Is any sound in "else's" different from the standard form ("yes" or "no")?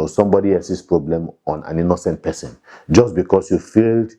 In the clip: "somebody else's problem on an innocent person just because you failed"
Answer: yes